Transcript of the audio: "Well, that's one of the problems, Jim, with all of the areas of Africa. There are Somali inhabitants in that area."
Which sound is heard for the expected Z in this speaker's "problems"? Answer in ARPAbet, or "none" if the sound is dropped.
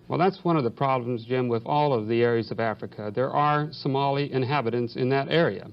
Z